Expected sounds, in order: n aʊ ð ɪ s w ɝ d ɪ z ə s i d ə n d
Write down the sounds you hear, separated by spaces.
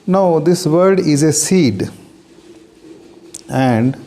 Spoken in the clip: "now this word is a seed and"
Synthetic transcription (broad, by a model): n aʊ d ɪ s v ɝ d ɪ z ə s i d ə n d